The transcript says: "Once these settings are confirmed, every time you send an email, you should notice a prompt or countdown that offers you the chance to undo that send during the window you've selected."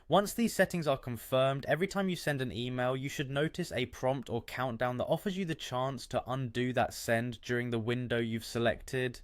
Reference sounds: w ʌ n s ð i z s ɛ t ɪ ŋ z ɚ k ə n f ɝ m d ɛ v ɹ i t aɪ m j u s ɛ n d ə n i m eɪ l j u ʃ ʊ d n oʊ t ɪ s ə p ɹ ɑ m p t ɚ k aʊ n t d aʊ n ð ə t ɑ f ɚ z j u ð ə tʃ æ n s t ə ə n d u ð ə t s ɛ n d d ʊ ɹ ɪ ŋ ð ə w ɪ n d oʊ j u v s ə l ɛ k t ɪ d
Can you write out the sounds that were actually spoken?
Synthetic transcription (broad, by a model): w ʌ n s ð i z s ɛ t ɪ ŋ z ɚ k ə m f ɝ m d ɛ v ɹ i t aɪ m j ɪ s ɛ n d ə n i m eɪ l j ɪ ʃ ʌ d n oʊ t ɪ s ə p ɹ ɑ m p t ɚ k aʊ n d aʊ n ð ə t ɑ f ɚ z j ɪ ð ə tʃ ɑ n s t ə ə n d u ð ə t s ɛ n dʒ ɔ ɹ ɪ ŋ ð ə w ɪ n d oʊ j u v s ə l ɛ k t ɪ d